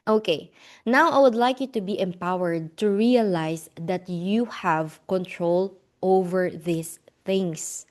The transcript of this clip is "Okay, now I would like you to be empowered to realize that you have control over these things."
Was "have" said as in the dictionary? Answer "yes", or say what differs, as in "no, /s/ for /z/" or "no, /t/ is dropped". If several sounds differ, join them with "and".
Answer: yes